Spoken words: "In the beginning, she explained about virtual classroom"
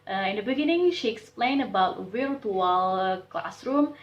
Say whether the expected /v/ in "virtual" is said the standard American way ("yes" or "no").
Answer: no